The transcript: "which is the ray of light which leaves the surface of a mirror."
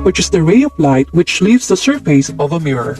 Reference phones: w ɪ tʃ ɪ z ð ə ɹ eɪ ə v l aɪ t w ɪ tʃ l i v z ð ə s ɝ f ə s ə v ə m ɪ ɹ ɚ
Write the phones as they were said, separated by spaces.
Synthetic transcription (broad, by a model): w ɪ tʃ ɪ z ð ə ɹ eɪ ə v l aɪ t w ɪ tʃ l i v z ð ə s ɝ f ə s ə v ə m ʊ ɹ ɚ